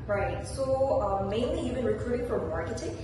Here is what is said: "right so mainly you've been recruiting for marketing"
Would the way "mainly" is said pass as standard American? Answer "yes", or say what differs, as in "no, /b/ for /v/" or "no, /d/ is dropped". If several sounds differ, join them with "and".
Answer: yes